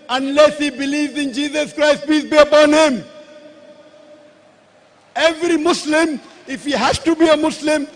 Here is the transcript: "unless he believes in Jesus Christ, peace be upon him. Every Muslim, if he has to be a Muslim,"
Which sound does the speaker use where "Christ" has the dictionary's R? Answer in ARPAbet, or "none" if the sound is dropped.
R